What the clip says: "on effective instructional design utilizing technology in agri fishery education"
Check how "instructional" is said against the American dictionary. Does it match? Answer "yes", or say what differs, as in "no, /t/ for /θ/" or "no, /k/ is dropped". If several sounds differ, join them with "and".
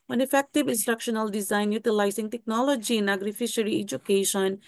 yes